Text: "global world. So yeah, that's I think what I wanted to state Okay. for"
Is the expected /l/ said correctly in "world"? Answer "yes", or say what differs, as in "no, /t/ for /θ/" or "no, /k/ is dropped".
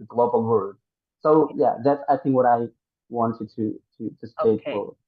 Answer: no, /l/ is dropped